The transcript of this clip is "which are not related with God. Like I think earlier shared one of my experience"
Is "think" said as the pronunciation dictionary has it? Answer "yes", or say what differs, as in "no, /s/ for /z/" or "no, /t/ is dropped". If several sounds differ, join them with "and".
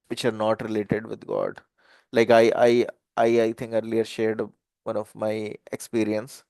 no, /t/ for /θ/